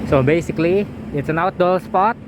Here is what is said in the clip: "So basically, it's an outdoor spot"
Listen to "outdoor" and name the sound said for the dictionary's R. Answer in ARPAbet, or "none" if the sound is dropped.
L